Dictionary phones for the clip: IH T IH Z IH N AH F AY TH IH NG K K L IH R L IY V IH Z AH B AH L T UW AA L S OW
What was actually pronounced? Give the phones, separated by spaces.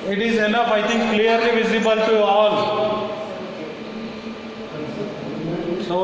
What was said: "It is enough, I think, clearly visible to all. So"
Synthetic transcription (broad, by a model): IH T IH Z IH N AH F AY T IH NG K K L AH R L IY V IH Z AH B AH L T UW AA L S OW